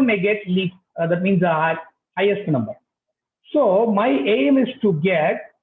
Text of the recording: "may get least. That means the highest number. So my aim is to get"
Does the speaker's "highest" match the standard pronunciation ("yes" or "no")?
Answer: yes